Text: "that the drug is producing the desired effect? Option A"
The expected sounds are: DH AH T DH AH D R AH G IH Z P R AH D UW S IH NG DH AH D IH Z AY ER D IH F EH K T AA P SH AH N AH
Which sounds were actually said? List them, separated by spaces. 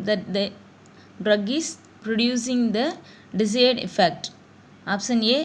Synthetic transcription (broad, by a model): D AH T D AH D R AH G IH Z P R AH D UW S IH NG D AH D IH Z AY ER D IH F EH K T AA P S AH N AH